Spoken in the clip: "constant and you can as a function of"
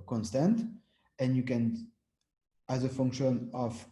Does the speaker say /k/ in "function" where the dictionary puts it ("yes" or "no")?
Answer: yes